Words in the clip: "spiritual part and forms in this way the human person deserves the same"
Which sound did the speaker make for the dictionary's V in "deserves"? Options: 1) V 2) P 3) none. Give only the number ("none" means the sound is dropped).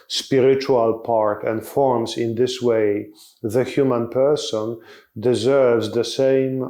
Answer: 1